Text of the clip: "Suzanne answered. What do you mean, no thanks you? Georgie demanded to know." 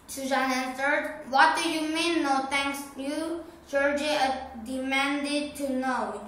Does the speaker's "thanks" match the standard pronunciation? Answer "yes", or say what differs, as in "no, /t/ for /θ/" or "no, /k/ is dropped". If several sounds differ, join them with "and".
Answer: no, /t/ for /θ/